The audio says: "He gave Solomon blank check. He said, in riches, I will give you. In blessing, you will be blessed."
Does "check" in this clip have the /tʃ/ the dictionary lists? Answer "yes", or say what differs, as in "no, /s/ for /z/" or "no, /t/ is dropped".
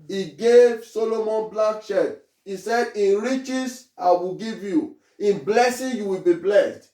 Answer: no, /ʃ/ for /tʃ/